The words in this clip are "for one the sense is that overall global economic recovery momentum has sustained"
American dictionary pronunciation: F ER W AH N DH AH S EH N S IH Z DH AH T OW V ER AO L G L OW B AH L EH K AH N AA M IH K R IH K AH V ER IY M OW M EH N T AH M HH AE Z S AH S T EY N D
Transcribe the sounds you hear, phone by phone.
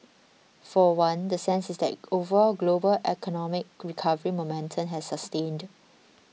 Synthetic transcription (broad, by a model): F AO W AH N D AH S EH N S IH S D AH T OW V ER G L OW B AH L EH K AH N AA M IH K R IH K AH V ER IY M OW M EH N T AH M HH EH S AH S T EY N D